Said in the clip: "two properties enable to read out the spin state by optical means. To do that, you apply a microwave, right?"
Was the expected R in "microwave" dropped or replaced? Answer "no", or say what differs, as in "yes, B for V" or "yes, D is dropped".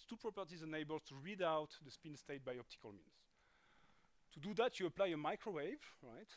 no